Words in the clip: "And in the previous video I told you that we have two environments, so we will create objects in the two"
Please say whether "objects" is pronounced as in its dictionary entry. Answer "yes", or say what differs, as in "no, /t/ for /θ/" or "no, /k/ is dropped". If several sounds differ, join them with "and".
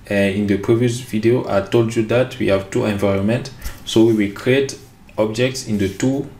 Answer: yes